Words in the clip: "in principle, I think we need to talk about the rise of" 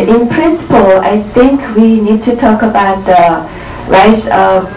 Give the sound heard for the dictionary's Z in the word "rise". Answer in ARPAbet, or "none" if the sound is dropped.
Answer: S